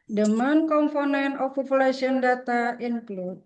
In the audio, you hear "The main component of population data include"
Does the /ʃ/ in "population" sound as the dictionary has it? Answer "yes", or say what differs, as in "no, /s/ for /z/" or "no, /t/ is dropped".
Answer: no, /s/ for /ʃ/